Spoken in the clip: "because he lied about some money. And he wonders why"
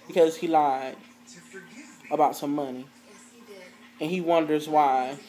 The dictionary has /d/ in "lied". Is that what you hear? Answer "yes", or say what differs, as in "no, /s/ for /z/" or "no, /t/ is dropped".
no, /d/ is dropped